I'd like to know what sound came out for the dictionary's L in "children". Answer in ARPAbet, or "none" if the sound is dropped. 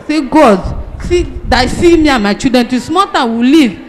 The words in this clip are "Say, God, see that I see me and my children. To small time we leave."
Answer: none